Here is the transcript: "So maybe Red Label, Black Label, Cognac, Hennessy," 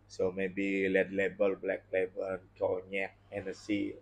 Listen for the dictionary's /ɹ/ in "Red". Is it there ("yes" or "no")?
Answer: no